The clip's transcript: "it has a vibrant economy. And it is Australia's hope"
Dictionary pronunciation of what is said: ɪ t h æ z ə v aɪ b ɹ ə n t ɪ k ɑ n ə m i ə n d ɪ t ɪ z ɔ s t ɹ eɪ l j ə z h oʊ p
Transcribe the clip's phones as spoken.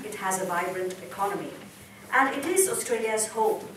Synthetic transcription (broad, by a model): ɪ t h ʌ z ə v aɪ b ɹ ə n t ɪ k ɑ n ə m i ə n ɪ t ɪ z ɔ s t ɹ eɪ l j ə z h oʊ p